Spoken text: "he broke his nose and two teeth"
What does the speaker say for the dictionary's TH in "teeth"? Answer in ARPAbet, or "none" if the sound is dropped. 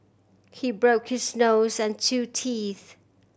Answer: TH